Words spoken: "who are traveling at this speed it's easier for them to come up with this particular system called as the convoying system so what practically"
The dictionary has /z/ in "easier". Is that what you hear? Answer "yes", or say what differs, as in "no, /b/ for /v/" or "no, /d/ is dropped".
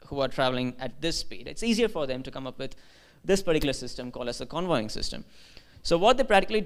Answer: yes